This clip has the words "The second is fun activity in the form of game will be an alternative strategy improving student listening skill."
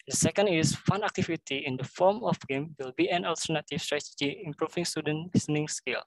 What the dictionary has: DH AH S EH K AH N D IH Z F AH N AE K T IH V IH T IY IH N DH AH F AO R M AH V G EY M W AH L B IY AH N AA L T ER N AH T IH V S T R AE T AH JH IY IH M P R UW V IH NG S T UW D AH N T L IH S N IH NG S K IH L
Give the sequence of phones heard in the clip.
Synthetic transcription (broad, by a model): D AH S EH K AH N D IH S F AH N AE K T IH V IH T IY IH N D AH F AO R M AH F G EY M W AH L B IY AH N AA L T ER N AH T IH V S T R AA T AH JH IY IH M P R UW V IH NG S T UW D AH N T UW N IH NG S K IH L